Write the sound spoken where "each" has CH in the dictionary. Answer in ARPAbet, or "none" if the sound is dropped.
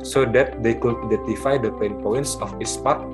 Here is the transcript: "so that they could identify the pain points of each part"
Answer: S